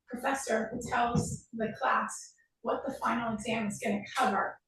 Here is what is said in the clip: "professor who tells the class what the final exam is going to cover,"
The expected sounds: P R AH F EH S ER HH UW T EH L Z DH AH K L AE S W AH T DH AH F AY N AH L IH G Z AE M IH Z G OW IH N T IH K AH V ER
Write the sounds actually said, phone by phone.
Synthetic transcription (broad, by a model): P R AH F EH S ER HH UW T EH L Z DH AH K L AE S W AH T DH AH F AY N L IH G Z AE M IH Z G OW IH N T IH K AH V ER